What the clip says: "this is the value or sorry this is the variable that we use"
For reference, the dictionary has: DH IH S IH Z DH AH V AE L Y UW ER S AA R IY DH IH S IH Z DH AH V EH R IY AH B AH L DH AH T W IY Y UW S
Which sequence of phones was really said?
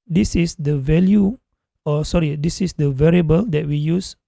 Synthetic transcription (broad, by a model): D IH S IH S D AH V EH L Y UW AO S AA R IY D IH S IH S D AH V EH R IY AH B AH L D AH T W IY Y UW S